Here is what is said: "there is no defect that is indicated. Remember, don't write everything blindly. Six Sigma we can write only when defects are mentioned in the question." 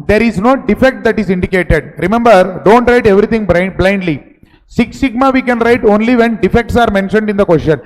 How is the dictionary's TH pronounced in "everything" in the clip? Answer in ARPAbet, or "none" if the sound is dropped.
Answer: T